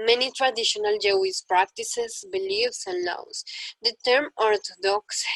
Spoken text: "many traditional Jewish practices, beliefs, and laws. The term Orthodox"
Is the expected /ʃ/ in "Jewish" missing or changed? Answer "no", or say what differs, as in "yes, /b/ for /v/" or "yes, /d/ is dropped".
yes, /s/ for /ʃ/